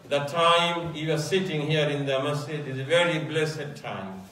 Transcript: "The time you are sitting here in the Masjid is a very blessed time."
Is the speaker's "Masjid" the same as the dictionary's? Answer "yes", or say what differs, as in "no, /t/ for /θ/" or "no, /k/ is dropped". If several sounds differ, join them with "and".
no, /dʒ/ is dropped